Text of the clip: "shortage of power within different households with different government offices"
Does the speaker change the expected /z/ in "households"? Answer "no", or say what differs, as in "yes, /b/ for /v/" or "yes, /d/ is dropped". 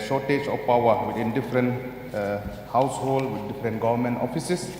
yes, /z/ is dropped